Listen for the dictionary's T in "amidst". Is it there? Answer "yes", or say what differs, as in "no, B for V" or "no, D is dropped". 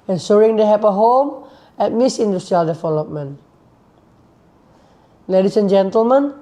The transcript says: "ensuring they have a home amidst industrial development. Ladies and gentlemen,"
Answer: no, T is dropped